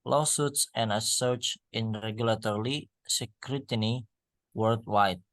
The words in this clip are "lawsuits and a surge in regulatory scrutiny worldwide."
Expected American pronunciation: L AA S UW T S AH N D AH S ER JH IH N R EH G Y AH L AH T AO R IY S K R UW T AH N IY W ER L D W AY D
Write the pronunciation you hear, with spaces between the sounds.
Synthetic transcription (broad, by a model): L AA S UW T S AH N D AH S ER CH IH N R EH G Y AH L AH T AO R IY S K R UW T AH N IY W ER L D W AY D